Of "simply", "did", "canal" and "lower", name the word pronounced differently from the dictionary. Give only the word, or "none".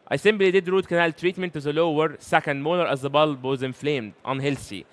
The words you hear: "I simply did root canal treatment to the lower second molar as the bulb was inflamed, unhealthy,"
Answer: simply